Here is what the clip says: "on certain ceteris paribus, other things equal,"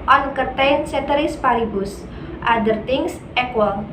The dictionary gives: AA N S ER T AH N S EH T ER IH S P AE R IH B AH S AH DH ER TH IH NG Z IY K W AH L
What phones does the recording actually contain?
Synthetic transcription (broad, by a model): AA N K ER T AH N S EH T ER IH S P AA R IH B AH S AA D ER T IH NG S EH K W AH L